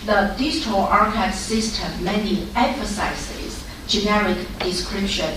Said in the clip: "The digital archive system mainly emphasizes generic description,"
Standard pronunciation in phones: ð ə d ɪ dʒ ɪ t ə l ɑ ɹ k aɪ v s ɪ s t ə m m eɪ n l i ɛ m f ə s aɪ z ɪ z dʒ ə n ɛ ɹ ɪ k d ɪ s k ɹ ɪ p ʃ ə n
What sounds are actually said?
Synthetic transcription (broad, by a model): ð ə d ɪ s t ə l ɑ ɹ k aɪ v s ɪ s t ə m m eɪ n i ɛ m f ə s aɪ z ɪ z dʒ ə n ɛ ɹ ɪ k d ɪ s k ɹ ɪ p ʃ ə n